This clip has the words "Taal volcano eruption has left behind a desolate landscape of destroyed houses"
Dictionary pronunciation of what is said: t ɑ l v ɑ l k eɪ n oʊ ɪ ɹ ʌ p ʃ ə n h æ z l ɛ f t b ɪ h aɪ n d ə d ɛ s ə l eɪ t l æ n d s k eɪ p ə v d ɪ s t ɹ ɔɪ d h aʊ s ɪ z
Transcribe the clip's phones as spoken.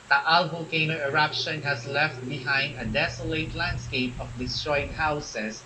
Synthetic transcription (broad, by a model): t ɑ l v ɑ k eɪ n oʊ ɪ ɹ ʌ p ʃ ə n h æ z l ɛ f t b ɪ h aɪ n d ə d ɛ s ə l eɪ t l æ n d s k eɪ p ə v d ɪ s t ɹ ɔɪ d h aʊ s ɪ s